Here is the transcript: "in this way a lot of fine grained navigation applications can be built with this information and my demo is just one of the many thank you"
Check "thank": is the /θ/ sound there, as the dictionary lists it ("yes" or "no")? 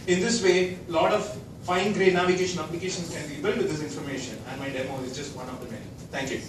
no